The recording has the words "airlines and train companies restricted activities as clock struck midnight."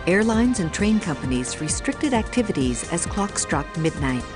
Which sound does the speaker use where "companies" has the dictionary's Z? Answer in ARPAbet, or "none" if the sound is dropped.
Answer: Z